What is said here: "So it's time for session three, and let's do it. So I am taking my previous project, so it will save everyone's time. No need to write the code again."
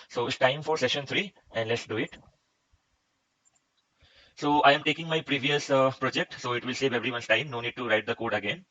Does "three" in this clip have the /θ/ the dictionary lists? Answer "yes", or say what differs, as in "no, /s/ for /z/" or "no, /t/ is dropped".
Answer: no, /t/ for /θ/